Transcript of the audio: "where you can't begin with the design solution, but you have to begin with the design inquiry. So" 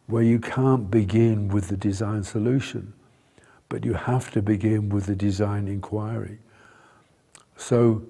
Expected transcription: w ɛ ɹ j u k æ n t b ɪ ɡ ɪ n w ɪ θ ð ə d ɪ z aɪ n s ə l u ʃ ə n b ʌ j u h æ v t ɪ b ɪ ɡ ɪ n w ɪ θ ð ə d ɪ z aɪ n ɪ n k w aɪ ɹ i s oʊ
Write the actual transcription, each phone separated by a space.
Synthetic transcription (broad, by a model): w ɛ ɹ j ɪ k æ n b ɪ ɡ ɪ n w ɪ ð ə d ɪ z aɪ n s ə l u ʃ ə n b ʌ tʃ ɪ h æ f t ɪ b ɪ ɡ ɪ n w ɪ ð ə d ɪ z aɪ n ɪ n k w aɪ ɹ i s oʊ